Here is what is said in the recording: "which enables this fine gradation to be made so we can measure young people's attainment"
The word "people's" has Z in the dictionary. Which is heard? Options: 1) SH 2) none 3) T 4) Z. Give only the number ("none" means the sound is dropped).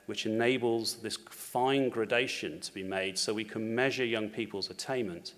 4